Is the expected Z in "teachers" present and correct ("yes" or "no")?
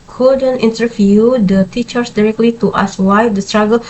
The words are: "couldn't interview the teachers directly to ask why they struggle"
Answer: no